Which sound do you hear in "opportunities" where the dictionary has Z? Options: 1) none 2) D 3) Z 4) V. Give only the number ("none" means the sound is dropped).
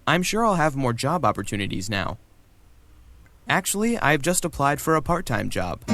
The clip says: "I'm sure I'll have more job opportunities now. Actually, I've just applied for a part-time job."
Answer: 3